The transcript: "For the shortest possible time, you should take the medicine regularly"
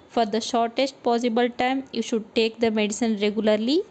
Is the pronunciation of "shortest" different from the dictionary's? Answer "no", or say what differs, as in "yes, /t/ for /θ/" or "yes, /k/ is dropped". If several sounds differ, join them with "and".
no